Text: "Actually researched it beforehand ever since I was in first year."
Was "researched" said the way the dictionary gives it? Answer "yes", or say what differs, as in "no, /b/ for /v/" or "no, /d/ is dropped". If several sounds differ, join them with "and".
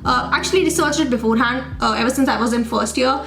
no, /t/ is dropped